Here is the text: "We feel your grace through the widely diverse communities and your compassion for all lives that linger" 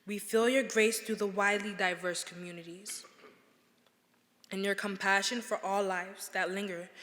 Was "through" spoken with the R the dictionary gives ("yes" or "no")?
no